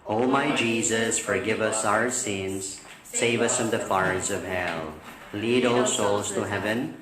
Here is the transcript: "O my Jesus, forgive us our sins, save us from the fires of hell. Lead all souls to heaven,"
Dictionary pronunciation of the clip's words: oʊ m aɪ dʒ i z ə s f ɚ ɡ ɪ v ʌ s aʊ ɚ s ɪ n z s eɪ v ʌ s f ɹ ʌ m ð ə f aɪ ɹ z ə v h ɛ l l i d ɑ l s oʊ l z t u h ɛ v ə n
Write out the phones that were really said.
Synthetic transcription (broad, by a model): oʊ m aɪ dʒ i z ə s f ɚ ɡ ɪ v ʌ s aʊ ɚ s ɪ n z s eɪ v ʌ s f ɹ ʌ m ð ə f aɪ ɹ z ə v h ɛ l l i d ɑ l s oʊ l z t u h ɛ v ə n